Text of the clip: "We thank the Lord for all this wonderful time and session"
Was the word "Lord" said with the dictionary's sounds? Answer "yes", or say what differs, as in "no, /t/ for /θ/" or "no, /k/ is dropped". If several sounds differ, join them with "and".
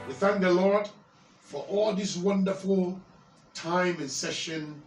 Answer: yes